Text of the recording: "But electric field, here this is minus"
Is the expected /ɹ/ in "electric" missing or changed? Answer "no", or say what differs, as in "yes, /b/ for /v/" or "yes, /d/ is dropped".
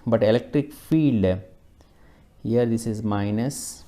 no